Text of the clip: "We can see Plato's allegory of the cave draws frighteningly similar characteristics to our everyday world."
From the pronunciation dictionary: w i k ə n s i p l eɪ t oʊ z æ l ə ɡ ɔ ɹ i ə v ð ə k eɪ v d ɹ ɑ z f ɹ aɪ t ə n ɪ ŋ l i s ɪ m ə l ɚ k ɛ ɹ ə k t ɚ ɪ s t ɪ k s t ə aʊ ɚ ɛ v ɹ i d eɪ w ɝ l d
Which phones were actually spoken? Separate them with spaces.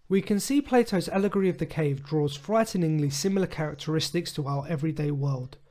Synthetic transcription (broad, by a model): w i k ə n s i p l eɪ t oʊ z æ l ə ɡ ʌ ɹ i ə v ð ə k eɪ v d ɹ ɑ z f ɹ aɪ t n ɪ ŋ l i s ɪ m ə l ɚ k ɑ ɹ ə k t ɚ ɪ s t ɪ k s t ə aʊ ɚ ɛ v ɹ i d eɪ w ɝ l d